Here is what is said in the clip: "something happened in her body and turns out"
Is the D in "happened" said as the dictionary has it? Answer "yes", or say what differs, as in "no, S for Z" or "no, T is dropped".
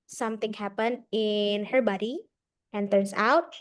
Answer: yes